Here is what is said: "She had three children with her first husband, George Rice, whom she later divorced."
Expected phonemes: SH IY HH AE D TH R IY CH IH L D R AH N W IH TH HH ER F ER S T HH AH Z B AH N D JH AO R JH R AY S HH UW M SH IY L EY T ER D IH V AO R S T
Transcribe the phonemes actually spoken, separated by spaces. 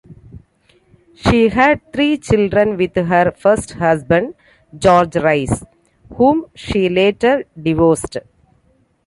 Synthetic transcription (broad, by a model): SH IY HH AE D T R IY CH IH L D R AH N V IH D HH ER F ER S T HH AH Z B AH N D JH AO R JH R AY S HH UW M SH IY L EY T ER D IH V AO S T